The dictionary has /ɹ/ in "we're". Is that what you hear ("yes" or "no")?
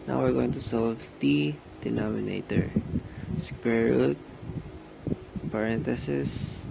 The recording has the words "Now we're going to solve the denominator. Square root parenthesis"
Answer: yes